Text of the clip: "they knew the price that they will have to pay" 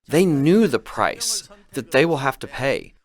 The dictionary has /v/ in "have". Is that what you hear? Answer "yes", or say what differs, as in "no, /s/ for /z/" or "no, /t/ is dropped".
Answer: no, /f/ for /v/